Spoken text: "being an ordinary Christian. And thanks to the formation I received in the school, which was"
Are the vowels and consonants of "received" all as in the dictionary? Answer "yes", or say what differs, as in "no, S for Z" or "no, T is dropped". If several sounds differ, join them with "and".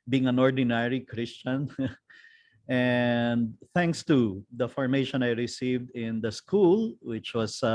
yes